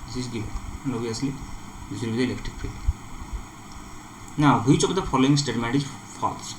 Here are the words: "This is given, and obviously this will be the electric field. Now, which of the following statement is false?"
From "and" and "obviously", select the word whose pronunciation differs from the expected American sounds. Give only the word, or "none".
obviously